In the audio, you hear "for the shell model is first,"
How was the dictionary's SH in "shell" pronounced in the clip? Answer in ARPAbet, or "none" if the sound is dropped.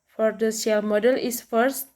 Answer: S